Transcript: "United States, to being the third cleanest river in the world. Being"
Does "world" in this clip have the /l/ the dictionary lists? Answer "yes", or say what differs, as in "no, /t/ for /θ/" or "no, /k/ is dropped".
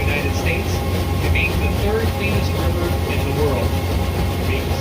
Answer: yes